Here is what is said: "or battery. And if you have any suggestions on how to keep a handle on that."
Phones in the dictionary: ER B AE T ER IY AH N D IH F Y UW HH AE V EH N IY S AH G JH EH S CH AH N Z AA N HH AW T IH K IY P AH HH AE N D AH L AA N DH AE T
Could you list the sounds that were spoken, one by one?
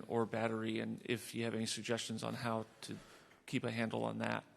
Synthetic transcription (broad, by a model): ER B AE T ER IY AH N IH F Y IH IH V EH N IY S AH G JH EH S CH AH N Z N HH AW T IH K IY P AH HH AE N D L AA N DH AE T